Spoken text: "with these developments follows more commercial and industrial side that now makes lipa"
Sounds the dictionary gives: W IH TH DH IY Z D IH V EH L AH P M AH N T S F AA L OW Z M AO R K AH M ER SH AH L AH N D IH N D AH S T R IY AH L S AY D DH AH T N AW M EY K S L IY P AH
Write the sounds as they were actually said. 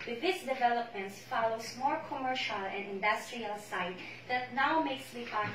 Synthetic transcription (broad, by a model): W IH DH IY S D IH V EH L AH P M AH N T S F AA L OW S M AO R K AH M ER SH AH L AH N D IH N D AH S T R IY AH L S AY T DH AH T N AW M EY K S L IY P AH